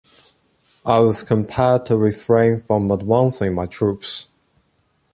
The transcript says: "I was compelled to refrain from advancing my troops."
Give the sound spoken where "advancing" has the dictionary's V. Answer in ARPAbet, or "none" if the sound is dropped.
W